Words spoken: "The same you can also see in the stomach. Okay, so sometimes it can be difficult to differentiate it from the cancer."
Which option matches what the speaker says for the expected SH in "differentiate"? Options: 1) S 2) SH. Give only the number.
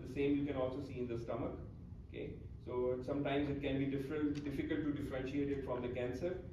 2